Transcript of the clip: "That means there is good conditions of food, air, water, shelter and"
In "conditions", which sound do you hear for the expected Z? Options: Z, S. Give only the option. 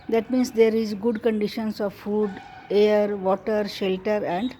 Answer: S